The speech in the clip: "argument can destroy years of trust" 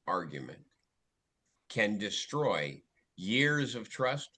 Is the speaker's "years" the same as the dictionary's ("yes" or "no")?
yes